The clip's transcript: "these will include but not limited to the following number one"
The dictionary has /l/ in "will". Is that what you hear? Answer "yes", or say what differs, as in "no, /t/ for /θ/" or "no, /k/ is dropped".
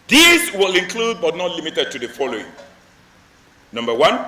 yes